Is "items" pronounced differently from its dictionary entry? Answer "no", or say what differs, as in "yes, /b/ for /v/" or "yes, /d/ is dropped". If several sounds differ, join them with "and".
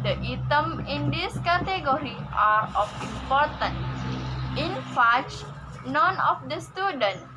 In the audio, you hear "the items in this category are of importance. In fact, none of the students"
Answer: yes, /z/ is dropped